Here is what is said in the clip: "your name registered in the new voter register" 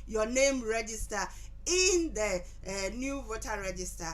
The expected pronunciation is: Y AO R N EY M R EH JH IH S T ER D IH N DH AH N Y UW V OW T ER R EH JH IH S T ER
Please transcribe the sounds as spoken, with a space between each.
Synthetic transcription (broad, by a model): Y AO N EY M R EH JH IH S T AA IH N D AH N Y UW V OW T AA R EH JH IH S T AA